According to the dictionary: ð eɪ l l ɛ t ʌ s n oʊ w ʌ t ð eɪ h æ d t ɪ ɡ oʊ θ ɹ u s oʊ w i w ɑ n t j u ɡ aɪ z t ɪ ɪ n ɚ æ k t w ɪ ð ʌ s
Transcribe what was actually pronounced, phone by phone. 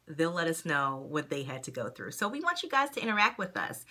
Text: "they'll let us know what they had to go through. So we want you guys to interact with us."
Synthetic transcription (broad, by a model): ð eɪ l l ɛ t ʌ s n oʊ w ʌ t ð eɪ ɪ d t ɪ ɡ oʊ θ ɹ u s oʊ w i w ɑ n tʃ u ɡ aɪ z t ɪ ɪ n ɚ æ k t w ɪ ð ʌ s